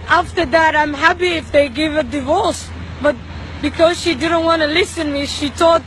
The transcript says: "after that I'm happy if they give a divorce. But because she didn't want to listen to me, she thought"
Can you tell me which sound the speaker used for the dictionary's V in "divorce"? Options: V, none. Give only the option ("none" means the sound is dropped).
V